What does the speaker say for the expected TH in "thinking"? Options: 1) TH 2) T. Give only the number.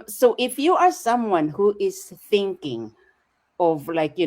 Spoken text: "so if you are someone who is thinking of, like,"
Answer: 1